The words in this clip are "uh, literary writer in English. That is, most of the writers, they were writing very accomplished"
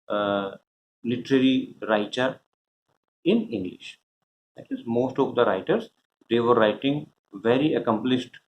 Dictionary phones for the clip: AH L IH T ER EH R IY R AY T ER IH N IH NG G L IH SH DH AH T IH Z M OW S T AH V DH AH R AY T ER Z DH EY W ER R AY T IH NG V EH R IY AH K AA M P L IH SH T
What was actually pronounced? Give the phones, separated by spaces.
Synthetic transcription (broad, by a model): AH L IH T ER EH R IY R AY T ER IH N IH NG G L IH SH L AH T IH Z M OW S T AH V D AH R AY T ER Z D EY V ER R AY T IH NG V EH R IY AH K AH M P L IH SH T